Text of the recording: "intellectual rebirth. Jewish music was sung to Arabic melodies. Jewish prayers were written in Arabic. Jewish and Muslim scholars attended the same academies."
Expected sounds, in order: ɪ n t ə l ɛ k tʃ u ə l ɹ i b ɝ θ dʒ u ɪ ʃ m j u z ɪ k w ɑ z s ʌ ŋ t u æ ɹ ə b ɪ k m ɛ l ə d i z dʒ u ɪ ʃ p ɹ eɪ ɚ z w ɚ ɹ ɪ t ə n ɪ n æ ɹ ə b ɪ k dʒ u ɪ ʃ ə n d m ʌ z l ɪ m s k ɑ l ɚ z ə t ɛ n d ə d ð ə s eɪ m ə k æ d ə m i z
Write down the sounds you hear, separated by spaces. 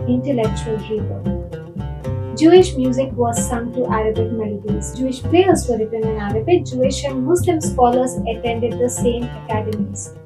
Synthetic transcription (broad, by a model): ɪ n t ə l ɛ k tʃ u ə l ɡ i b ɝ dʒ u ɪ ʃ m j u z ɪ k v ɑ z s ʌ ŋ t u æ ɹ ə b ɪ k m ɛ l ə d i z dʒ u ɪ ʃ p l eɪ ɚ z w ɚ ɹ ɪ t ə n ɪ n æ ɹ ə b ɪ k dʒ u ɪ ʃ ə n m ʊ s l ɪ m s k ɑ l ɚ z ə t ɛ n d ə d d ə s eɪ m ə k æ d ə m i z